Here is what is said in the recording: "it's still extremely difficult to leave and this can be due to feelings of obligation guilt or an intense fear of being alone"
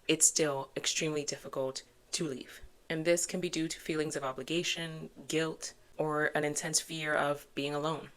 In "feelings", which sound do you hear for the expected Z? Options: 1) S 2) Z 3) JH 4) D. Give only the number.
2